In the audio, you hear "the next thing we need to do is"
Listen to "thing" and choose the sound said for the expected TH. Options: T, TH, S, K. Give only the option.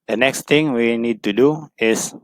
T